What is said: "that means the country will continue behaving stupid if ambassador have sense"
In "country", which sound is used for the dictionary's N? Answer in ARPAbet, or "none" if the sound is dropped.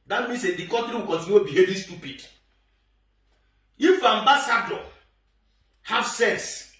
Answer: none